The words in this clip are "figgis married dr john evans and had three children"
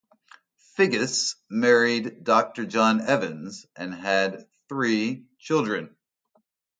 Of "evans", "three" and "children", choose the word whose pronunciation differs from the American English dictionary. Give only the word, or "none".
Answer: none